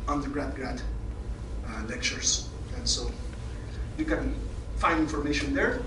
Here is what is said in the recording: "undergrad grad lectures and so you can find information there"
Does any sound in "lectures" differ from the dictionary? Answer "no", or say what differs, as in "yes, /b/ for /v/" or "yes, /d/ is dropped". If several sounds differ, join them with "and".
yes, /s/ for /z/